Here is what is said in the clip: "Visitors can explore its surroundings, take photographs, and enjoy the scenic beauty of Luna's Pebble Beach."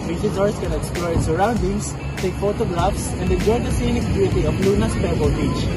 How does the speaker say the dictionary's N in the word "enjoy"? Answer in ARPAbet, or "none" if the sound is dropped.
none